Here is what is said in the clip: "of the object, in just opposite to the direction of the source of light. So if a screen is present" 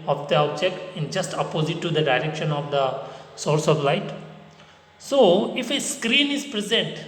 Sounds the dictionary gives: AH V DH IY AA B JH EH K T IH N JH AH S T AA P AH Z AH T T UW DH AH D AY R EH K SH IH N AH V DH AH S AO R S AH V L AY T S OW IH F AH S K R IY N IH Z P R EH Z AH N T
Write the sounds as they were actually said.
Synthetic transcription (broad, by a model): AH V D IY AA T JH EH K IH N JH AH S T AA P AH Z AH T T UW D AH D AY R EH K SH IH N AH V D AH S AO R S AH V L AY T S OW IH F AH S K R IY N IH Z P R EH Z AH N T